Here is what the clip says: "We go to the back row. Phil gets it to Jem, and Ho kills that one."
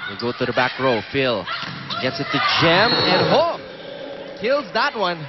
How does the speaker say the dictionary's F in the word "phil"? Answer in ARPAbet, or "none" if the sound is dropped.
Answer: F